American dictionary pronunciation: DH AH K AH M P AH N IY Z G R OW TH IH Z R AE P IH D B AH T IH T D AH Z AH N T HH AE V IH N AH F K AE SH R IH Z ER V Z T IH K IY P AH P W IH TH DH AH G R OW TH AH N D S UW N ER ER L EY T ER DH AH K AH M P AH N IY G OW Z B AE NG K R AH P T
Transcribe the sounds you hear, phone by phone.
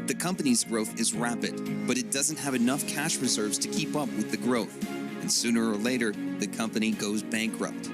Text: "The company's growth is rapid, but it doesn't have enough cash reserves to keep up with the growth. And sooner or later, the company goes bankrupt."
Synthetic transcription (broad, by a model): DH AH K AH M P AH N IY Z G R OW TH IH Z R AE P IH D B AH T IH T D AH Z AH N T HH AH V IH N AH F K AE SH R IH Z ER V Z T IH K IY P AH P W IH DH AH G R OW TH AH N S UW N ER ER L EY T ER DH AH K AH M P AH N IY G OW Z B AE NG K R AH P T